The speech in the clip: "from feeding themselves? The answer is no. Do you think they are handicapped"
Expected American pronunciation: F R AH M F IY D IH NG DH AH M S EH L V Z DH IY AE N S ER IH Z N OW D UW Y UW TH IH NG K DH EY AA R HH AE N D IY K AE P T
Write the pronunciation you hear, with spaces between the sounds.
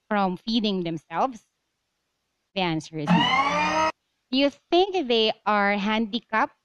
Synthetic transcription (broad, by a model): F R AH M F IY D IH NG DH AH M S EH L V S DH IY AE N S ER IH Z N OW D Y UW TH IH NG K DH EY AA R HH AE N D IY K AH P